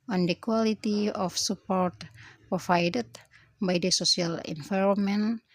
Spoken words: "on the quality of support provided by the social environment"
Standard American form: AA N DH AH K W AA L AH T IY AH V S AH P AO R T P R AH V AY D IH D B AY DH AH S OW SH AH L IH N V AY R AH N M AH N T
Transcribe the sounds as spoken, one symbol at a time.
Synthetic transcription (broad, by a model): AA N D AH K W AA L AH T IY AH F S AH P AO R T P R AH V AY D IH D B AY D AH S OW S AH L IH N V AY R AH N M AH N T